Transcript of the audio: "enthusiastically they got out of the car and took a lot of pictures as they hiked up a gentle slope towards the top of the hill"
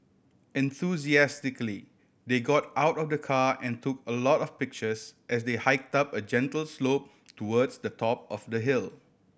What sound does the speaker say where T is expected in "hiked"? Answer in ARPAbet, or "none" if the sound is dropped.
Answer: T